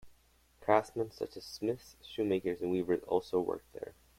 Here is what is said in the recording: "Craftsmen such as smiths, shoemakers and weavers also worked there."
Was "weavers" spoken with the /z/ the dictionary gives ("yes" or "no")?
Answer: yes